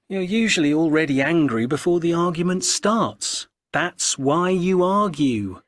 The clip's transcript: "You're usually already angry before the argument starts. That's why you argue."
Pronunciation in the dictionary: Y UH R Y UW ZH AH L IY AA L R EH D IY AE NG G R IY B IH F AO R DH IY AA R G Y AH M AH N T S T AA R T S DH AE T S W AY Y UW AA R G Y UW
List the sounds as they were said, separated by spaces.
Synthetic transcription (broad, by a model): Y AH R Y UW ZH AH L IY AA L R EH D IY AE NG G R IY B IH F AO R DH IY AA R G Y AH M AH N T S T AA R T S DH AE T S W AY Y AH AA R G Y UW